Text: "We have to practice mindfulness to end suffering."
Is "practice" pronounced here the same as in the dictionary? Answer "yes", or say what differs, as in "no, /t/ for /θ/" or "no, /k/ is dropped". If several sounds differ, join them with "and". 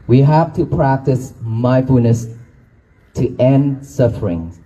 yes